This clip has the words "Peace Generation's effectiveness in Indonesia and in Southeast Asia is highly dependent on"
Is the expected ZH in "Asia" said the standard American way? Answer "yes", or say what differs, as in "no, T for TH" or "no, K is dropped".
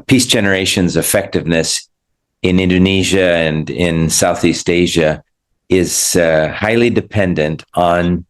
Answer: yes